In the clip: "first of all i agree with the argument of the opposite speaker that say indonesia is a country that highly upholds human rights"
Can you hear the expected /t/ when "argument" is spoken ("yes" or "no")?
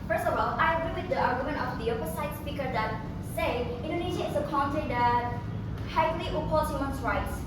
no